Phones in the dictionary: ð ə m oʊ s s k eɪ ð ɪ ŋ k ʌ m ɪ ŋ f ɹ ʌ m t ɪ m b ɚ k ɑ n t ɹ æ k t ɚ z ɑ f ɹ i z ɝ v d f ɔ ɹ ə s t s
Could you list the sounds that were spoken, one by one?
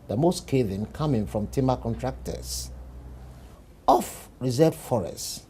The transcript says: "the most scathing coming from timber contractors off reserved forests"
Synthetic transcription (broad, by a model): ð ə m oʊ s s k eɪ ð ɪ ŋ k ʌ m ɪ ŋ f ɹ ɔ m t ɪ m ɚ k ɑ n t ɹ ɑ k t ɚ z ɑ f ɹ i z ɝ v f ɔ ɹ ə s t